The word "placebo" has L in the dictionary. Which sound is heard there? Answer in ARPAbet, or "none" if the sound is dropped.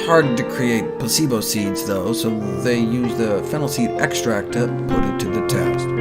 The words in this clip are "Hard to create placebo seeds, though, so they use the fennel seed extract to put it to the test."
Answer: none